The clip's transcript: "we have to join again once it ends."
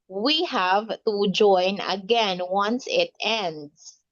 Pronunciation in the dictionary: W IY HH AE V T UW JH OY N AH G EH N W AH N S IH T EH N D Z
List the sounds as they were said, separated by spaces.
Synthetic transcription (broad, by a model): W IY HH AE V T UW JH OY N AH G EH N W AH N S IH T EH N D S